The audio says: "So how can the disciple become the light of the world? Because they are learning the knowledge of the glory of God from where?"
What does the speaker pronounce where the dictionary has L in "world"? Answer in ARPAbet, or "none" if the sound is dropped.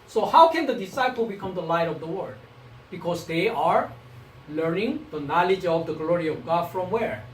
none